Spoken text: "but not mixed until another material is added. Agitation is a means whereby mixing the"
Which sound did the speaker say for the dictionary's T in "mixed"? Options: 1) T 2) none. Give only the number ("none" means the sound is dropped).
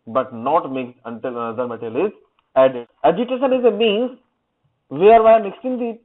2